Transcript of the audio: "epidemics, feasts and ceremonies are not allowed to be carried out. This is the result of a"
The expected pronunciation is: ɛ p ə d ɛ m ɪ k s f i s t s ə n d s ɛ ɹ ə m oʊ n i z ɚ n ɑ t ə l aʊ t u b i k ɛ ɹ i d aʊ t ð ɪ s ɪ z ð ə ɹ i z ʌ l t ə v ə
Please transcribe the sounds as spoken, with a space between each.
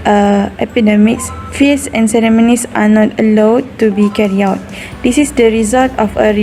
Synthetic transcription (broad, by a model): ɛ p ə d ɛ m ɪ k s f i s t s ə n s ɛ ɹ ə m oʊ n i s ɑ n ɑ t ə l aʊ t u b i k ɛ ɹ i aʊ t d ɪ s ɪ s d ə ɹ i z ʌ l t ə f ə